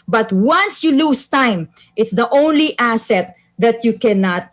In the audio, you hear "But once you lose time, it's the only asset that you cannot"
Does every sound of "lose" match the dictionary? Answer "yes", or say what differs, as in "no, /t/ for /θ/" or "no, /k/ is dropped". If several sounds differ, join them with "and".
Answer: no, /s/ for /z/